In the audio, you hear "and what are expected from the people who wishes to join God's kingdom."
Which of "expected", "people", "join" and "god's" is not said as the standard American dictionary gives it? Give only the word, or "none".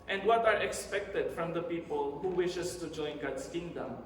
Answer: god's